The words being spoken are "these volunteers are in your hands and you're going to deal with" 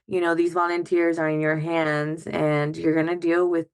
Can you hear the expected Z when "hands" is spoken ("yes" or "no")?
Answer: yes